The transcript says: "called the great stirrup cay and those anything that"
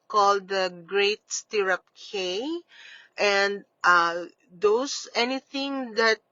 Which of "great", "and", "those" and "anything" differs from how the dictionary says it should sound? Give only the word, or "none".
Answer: those